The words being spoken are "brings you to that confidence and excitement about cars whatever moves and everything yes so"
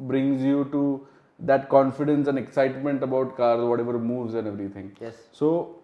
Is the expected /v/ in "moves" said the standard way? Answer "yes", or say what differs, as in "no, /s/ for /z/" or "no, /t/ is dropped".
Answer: yes